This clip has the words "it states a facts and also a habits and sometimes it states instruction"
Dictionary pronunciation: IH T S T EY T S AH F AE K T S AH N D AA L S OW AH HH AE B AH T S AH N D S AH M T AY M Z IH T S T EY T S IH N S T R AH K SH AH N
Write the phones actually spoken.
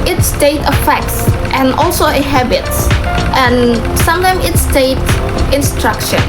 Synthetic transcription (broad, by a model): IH T S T EY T AH F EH K T S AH N AA L S OW AH HH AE B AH T S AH N S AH M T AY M IH T S T EY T IH N S T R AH K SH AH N